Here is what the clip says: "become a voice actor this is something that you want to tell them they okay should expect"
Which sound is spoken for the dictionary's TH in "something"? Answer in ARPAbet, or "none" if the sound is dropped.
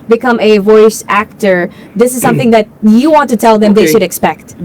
TH